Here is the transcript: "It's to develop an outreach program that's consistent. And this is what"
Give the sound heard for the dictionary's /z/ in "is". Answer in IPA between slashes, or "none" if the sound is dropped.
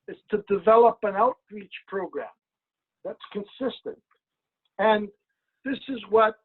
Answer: /z/